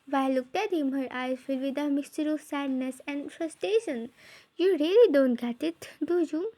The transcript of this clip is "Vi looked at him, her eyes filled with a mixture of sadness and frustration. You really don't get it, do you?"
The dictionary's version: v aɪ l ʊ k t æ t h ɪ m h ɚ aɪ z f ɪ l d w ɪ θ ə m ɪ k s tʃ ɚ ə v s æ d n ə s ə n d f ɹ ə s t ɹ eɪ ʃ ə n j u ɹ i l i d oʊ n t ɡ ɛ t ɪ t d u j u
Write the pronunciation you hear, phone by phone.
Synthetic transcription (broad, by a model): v aɪ l ʊ k t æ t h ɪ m h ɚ aɪ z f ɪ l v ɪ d ə m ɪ s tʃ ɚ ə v s æ d n ə s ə n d f ɹ ə s t ɹ eɪ ʃ ə n j u ɹ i l i d oʊ n t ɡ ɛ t ɪ t d u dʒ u